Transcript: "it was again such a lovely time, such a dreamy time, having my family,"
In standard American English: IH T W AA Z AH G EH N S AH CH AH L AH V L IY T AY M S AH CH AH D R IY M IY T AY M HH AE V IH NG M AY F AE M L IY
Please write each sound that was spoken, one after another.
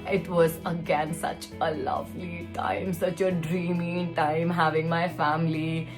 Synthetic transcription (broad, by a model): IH T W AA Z AH G EH N S AH CH AH L AH V L IY T AY M S AH CH AH D R IY M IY T AY M HH AE V IH NG M AY F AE M L IY